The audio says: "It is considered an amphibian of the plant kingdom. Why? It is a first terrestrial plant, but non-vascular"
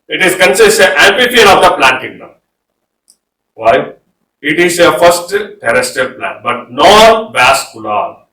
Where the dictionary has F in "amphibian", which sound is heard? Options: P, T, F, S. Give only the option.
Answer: P